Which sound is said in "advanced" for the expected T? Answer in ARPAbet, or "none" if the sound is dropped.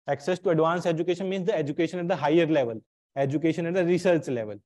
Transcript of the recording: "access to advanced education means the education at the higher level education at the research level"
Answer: none